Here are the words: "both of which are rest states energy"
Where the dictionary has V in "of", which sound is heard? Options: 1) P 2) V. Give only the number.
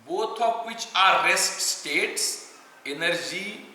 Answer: 1